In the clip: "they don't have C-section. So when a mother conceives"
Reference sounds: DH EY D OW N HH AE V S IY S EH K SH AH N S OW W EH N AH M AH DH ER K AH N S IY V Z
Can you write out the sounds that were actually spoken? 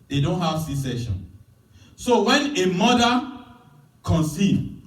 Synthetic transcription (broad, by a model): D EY D OW N HH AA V S IY S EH SH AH N S OW W EH N AH M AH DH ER K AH N S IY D